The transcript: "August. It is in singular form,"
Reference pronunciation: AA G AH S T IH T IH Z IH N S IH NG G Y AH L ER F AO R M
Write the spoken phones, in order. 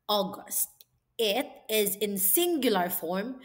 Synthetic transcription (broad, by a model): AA G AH S T IH T IH Z IH N S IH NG G Y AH L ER F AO R M